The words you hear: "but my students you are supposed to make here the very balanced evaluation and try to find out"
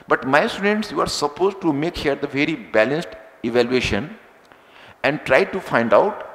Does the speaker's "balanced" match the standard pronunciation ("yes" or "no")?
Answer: yes